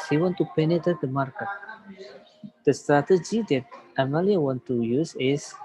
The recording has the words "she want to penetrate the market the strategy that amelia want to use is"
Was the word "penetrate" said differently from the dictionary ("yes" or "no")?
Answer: yes